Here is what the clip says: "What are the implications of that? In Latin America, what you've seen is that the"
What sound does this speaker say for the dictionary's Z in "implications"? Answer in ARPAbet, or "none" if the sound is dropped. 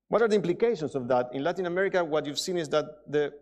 S